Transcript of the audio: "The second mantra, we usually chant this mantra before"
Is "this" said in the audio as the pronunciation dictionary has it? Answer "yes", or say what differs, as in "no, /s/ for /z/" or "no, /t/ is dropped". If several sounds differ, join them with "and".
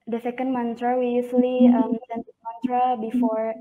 no, /s/ is dropped